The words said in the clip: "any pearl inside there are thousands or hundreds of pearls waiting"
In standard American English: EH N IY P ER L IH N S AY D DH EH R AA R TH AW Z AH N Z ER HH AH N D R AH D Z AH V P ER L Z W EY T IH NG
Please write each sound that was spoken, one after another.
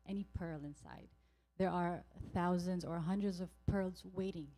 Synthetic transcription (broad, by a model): EH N IY P ER L IH N S AY D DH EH R AA R TH AW Z AH N Z ER HH AH N D R AH D Z AH V P ER L Z W EY T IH NG